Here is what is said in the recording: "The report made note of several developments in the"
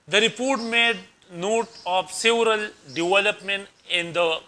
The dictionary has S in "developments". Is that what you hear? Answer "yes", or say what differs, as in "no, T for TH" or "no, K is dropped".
no, S is dropped